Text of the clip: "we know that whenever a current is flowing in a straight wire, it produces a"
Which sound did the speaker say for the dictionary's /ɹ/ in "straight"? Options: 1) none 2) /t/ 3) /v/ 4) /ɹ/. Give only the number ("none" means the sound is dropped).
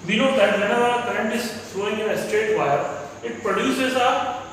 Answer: 1